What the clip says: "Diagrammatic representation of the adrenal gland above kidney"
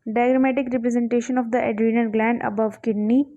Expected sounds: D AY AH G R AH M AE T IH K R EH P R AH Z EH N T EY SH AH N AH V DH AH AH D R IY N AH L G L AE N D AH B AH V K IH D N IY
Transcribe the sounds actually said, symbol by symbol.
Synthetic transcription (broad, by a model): D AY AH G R M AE T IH K R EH P R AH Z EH N T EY SH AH N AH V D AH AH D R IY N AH N G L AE N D AH B AH V K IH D N IY